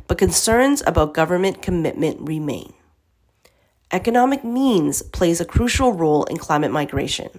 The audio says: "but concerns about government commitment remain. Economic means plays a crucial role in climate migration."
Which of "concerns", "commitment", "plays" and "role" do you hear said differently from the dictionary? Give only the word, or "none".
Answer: none